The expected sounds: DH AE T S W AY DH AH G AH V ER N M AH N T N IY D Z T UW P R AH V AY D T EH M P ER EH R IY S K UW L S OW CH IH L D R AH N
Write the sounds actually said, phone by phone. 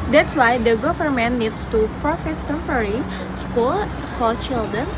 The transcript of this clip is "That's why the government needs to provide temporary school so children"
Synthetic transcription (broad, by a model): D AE T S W AY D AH G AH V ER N M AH N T N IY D S T UW P R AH F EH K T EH M P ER R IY S K UW L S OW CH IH L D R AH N